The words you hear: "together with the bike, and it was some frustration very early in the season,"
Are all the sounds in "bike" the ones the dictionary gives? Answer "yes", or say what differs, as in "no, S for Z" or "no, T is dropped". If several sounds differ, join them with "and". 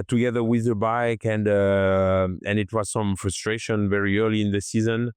yes